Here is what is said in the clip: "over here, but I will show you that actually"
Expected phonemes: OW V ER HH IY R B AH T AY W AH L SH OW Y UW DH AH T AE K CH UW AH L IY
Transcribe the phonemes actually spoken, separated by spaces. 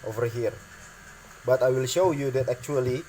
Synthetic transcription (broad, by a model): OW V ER HH IY R B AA T AY W AH L SH OW Y UW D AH T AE K CH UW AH L IY